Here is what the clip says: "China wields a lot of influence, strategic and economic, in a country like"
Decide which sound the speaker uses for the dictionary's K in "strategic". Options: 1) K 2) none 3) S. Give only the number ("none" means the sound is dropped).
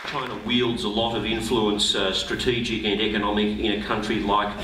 1